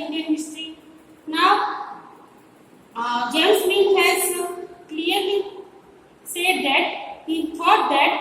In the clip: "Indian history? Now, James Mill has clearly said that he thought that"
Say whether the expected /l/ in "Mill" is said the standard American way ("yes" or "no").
no